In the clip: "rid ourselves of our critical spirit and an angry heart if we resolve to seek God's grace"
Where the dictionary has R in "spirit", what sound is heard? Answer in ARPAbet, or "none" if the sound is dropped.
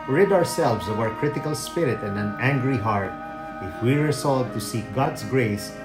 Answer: R